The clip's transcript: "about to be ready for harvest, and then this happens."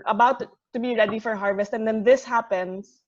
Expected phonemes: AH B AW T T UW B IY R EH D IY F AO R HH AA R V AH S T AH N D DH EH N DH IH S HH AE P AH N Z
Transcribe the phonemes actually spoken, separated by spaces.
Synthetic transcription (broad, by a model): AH B AW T T UW B IY R EH D IY F AO R HH AA R V AH S T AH N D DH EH N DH IH S HH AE P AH N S